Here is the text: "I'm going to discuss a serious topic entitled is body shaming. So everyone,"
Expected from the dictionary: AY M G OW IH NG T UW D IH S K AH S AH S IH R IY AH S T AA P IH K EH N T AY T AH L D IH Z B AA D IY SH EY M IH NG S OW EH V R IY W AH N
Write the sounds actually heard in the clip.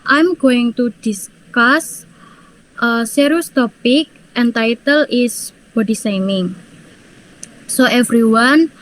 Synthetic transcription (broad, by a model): AY M G OW IH NG T UW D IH S K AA S AH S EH R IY S T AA P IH K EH N T AY T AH L IH S B AA D IY S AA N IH NG S OW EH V R IY W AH N